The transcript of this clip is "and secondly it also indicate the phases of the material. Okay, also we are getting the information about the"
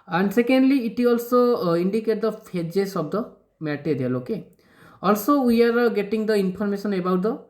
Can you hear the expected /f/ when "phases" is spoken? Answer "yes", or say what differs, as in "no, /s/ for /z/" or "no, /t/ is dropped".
no, /p/ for /f/